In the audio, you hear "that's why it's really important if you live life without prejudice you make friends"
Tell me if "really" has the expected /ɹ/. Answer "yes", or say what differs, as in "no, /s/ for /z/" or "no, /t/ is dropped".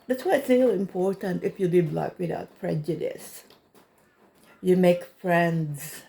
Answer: no, /l/ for /ɹ/